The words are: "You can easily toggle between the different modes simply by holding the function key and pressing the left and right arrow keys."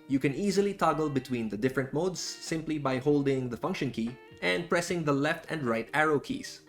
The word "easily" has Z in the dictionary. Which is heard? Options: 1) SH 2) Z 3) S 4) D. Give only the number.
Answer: 2